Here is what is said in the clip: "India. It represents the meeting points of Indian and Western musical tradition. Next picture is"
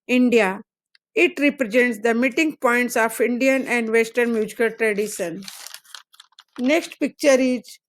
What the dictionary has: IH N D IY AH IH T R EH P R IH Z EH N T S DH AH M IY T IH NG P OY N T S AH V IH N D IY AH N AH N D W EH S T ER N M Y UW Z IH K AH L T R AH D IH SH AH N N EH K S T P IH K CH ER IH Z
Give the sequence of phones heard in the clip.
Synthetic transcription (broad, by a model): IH N D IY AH IH T R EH P R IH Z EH N T S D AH M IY T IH NG P OY N T S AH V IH N D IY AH N AH N D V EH S T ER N M Y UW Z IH K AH L T R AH D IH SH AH N N EH K S T P IH K CH ER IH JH